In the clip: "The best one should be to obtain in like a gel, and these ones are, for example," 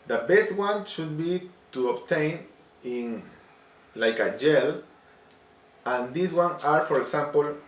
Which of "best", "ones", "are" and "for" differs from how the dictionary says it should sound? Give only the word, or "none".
ones